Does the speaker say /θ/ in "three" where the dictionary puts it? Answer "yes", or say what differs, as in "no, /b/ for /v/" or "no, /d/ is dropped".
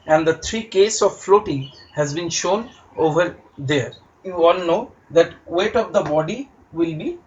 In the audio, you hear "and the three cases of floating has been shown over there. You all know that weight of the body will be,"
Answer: no, /t/ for /θ/